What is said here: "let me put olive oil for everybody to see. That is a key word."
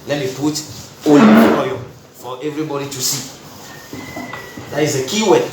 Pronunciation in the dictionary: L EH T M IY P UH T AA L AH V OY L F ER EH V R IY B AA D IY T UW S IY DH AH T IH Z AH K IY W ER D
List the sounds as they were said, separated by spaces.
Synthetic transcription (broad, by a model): L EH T M IY P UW T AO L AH OY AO F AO EH V R IY B AA D IY T UW S IY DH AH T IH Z AH K IY W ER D